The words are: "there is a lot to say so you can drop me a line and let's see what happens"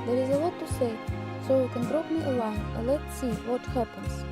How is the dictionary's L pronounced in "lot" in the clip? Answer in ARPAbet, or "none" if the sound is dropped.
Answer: W